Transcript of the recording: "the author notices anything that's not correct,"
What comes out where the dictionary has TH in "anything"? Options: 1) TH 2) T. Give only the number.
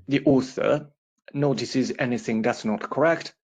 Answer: 1